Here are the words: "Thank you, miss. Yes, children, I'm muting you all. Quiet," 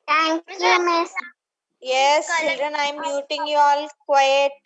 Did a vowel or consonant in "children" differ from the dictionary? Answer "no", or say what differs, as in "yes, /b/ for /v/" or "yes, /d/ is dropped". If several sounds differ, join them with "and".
no